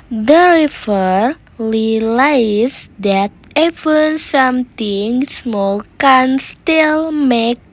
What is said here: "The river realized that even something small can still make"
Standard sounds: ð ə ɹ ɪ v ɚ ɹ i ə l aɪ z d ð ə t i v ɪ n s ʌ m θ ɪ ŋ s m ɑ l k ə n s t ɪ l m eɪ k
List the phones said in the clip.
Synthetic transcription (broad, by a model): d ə ɹ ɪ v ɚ l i l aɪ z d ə t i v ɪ n s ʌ m t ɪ ŋ s m ɑ l k ə n s t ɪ l m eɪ k